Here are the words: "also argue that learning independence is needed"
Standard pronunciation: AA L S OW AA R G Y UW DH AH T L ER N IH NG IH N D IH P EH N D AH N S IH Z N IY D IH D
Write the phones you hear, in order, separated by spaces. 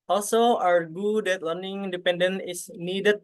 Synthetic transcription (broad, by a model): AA L S OW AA W G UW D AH T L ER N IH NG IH N D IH P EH N D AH N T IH S N IY D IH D